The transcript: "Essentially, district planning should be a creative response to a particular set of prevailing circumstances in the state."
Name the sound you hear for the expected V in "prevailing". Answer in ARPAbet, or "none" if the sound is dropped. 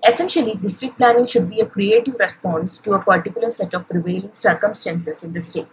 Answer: V